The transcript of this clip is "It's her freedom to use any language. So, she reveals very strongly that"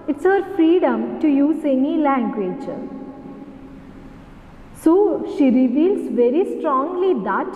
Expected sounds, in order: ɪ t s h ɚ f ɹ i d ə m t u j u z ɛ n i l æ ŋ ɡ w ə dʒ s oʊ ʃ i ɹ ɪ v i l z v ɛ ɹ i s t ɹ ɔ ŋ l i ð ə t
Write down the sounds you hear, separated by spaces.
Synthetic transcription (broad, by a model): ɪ t s h ɚ f ɹ i d ə m t u j u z ɛ n i l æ ŋ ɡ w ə dʒ s oʊ ʃ i ɹ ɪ v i l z v ɛ ɹ i s t ɹ ɔ ŋ l i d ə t